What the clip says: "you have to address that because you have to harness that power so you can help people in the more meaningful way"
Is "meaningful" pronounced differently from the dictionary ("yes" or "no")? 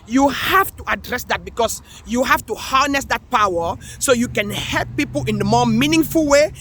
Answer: no